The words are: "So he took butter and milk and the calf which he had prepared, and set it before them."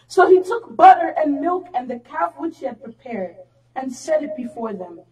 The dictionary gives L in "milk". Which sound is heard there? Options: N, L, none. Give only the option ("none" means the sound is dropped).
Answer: L